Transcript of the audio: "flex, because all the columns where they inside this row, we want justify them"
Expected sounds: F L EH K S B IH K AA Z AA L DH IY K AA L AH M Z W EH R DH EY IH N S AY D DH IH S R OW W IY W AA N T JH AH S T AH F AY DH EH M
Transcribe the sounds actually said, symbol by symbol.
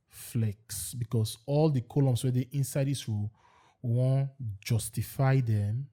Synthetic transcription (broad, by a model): F L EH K S B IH K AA S AA L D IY K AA L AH M S W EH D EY IH N S AY D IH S W IY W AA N JH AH S T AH F AY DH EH M